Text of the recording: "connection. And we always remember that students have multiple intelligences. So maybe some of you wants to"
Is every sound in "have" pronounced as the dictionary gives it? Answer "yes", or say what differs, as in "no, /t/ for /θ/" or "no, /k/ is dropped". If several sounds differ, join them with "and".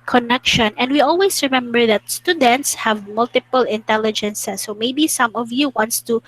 yes